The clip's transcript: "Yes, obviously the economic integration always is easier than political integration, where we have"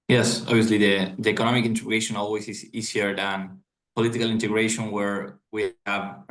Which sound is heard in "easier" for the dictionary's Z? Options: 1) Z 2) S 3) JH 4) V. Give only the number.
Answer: 2